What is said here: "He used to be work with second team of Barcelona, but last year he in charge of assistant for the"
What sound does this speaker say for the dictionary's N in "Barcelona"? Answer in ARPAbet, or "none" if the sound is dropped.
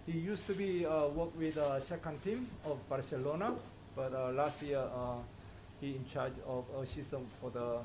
N